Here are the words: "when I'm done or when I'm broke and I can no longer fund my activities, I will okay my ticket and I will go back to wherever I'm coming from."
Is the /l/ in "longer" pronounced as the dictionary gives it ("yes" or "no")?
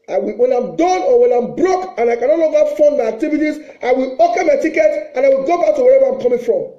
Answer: no